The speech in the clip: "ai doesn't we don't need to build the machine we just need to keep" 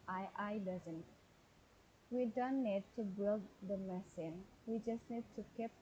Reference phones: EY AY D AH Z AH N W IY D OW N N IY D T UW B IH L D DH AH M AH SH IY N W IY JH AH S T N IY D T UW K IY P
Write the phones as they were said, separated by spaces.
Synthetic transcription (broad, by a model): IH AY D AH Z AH N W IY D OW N N IY D T UW B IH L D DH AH M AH S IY N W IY JH AH S T N IY D T UW K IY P